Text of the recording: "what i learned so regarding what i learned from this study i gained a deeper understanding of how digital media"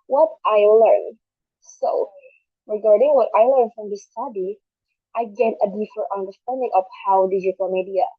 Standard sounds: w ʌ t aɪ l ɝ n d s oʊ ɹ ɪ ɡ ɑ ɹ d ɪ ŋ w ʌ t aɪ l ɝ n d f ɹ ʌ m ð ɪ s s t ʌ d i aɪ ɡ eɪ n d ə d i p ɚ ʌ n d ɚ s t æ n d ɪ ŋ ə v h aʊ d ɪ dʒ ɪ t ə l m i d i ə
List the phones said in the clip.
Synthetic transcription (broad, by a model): w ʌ t aɪ l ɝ n s oʊ ɹ ɪ ɡ ɑ ɹ d ɪ ŋ w ʌ t aɪ l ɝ n f ɹ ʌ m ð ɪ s s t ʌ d i aɪ ɡ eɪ d ə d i f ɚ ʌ n d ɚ s t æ n d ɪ ŋ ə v h aʊ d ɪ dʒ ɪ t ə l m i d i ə